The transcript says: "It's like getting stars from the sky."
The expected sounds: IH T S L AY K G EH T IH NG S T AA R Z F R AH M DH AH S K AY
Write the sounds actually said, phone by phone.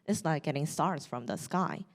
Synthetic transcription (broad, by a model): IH T S N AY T G EH T IH NG S T AA R Z F R AH M DH AH S K AY